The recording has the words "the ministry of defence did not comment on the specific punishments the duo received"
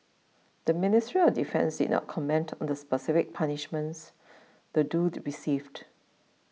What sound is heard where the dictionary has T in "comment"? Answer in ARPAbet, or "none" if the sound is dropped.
T